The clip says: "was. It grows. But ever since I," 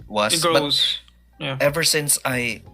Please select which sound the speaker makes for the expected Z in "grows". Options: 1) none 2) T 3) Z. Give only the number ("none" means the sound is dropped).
1